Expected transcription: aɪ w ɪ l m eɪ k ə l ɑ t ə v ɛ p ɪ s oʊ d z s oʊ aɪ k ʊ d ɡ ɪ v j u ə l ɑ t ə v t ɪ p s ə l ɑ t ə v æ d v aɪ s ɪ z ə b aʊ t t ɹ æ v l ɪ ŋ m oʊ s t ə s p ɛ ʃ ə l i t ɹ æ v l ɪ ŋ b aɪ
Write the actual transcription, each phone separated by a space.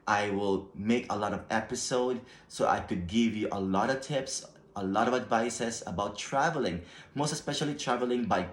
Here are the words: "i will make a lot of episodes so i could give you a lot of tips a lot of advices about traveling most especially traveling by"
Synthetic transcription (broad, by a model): aɪ w ɪ l m eɪ k ə l ɑ t ə v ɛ p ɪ s oʊ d s oʊ aɪ k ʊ d ɡ ɪ v j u ə l ɑ t ə v t ɪ p s ə l ɑ t ə v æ d v aɪ s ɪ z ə b aʊ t t ɹ æ v l ɪ ŋ m oʊ s t ə s p ɛ ʃ ə l i t ɹ æ v l ɪ ŋ b aɪ